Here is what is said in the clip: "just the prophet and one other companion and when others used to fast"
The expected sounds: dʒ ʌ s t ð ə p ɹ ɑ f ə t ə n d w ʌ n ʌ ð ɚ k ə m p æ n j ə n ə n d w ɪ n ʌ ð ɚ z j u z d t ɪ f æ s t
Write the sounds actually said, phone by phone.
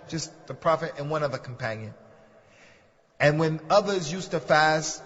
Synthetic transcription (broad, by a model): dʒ ʌ s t ð ə p ɹ ɑ f ə t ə n w ʌ n ʌ ð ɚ k m p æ n j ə n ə n w ɪ n ʌ ð ɚ z j u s t ɪ f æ s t